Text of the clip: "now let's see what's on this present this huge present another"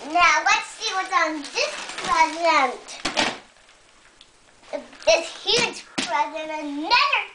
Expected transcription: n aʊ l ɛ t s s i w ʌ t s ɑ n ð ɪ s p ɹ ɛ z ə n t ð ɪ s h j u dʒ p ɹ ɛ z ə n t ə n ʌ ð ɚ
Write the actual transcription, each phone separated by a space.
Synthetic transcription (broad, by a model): n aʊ w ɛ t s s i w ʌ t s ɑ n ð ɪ s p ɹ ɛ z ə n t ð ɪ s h j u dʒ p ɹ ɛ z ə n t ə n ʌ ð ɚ